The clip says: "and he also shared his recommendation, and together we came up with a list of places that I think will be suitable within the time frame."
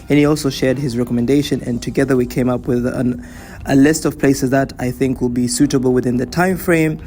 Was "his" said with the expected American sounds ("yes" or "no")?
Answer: yes